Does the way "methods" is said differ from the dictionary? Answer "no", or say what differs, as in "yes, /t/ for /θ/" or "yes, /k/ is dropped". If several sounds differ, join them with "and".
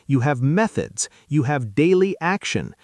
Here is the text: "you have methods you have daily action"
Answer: no